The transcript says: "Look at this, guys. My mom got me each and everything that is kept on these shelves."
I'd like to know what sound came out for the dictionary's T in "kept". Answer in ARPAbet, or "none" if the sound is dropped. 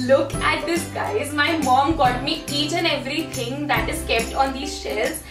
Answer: T